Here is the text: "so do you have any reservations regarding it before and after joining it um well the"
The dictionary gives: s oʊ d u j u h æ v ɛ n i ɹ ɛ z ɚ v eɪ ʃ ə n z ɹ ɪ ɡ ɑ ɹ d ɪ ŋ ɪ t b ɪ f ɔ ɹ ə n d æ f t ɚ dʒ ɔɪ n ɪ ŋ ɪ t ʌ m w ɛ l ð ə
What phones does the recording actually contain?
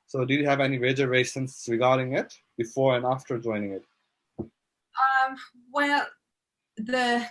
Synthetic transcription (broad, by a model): s oʊ d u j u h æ v ɛ n i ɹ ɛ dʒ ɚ eɪ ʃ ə n s ɹ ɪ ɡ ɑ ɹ d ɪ ŋ ɪ t b ɪ f ɔ ɹ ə n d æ f t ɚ dʒ ɔɪ n ɪ ŋ ɪ t ʌ m w ɛ l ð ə